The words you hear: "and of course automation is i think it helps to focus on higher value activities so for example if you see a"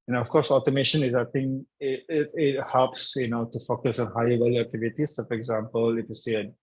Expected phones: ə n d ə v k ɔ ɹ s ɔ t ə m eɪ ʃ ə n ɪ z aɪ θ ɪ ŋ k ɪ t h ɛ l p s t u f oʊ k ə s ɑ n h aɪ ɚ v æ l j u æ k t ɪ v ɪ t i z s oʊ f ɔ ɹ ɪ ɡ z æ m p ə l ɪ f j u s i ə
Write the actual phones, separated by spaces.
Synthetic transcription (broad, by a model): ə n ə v k ɔ ɹ s ɔ t ə m eɪ ʃ ə n ɪ z aɪ t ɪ ŋ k ɪ t h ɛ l p s t u f oʊ k ə s ɑ n h aɪ ɚ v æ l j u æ k t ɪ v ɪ t i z s oʊ f ɔ ɹ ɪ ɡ z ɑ m p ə l ɪ f j u s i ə